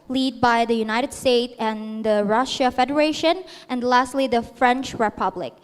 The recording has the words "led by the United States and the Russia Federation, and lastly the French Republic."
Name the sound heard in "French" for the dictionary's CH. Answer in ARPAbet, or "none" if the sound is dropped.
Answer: CH